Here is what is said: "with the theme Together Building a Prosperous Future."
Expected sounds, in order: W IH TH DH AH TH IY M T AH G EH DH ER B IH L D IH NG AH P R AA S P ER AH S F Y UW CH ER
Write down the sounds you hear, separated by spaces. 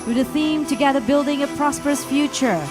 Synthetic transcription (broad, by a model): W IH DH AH TH IY M T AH G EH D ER B IH L D IH NG AH P R AA S P ER AH S F Y UW CH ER